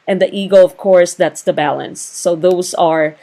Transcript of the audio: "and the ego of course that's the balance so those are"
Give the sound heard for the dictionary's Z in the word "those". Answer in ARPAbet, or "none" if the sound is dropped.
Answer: Z